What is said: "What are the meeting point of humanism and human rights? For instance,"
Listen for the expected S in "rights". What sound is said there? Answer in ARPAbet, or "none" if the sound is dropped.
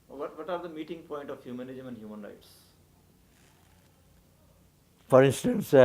S